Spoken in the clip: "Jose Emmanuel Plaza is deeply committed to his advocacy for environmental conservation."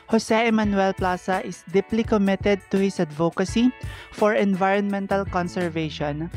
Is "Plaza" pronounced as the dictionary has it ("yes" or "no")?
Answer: no